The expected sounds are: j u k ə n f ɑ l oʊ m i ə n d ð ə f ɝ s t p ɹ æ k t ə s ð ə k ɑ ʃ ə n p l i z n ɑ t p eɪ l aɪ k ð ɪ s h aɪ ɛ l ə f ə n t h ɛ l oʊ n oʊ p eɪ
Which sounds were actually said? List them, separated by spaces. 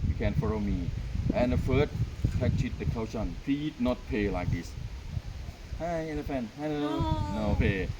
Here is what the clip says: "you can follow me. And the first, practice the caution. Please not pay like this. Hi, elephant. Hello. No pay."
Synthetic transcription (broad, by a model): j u k ə n f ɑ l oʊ m i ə n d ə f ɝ t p æ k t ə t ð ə k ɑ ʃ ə n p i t n ɑ t p eɪ l aɪ k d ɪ s h aɪ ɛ n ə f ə n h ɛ n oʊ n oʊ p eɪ